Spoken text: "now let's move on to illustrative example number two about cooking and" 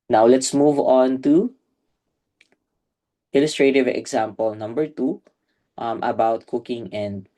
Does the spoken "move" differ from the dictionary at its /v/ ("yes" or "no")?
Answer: no